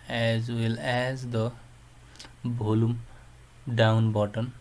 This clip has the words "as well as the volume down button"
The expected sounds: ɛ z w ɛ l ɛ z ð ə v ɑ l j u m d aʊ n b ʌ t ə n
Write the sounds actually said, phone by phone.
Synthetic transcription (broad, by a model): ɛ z w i l ɛ z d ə b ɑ l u m d aʊ n b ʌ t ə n